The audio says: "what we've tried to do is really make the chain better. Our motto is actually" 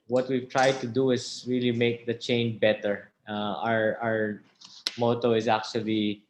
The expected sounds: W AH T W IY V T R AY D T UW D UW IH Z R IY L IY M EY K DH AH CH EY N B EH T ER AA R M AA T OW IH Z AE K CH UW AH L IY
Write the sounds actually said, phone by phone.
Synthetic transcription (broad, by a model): W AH T W IY V T R AY D T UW D UW IH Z R IY L IY M EY K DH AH CH EY N B EH T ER AA R M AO T OW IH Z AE K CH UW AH L IY